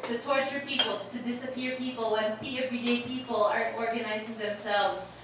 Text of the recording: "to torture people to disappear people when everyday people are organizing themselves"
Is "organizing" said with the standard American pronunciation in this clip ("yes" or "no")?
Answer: yes